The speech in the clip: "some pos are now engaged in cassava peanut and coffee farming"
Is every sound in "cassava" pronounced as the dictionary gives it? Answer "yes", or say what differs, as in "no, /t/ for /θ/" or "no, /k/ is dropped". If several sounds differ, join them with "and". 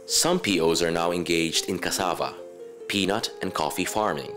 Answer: yes